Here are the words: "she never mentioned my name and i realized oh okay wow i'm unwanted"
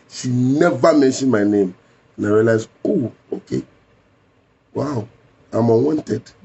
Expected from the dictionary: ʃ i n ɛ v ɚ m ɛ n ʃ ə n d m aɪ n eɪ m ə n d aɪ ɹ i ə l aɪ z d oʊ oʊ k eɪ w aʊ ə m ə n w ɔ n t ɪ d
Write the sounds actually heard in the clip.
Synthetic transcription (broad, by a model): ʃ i n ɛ v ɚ m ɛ n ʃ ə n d m aɪ n eɪ m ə n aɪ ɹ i l aɪ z oʊ oʊ k eɪ w aʊ ə m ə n w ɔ n t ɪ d